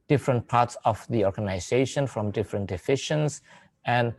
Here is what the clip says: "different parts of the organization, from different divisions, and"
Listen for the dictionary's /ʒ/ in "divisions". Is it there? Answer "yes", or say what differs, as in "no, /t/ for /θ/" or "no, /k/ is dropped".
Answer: no, /ʃ/ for /ʒ/